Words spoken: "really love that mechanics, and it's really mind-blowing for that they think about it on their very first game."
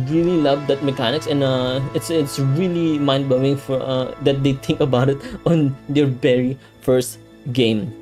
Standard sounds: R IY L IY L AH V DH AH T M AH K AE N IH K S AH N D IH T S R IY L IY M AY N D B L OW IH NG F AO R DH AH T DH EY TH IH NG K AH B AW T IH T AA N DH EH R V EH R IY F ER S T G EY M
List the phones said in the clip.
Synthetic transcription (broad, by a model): R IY L IY L AH V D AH T M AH K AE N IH K S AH N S IH T S R IY L IY M AY N D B OW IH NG F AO R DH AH T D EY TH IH NG K AH B AW T IH T AA N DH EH R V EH R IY F ER S T G EY M